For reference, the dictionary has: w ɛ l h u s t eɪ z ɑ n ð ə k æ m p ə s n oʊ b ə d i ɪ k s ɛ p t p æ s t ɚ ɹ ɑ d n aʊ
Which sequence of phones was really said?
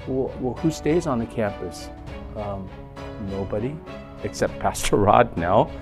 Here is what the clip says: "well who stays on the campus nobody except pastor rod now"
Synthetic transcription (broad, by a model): w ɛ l h u s t eɪ z n ð ə k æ m p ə s n oʊ b ə d i ɪ k s ɛ p t p æ s t ɚ ɹ ɑ d n aʊ